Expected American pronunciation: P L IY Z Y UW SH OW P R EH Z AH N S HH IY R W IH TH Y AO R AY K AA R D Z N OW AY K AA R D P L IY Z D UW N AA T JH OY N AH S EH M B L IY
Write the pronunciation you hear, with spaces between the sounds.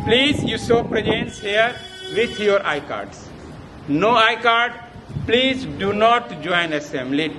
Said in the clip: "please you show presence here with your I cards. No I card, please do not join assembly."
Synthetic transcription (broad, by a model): P L IY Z Y UW S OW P R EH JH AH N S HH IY R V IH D Y AO R AY K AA R D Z N OW AY K AA R D P L IY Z D UW N AA T JH OY N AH S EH M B L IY